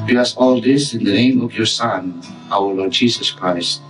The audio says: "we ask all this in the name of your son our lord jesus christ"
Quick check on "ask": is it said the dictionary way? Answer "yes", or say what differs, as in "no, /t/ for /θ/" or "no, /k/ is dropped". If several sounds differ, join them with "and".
no, /k/ is dropped